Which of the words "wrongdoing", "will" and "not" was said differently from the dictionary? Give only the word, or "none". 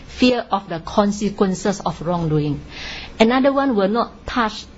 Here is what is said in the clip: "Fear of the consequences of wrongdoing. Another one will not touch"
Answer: none